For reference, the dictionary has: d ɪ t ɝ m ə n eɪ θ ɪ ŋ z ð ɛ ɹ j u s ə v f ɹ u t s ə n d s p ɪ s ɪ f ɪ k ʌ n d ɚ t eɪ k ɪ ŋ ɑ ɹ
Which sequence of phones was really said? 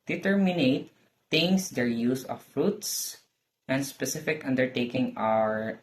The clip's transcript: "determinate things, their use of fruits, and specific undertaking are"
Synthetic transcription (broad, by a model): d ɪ t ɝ m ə n eɪ t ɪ ŋ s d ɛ ɹ j u s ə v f ɹ u t s ə n d s p ɪ s ɪ f ɪ k ʌ n d ɚ t eɪ k ɪ ŋ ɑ ɹ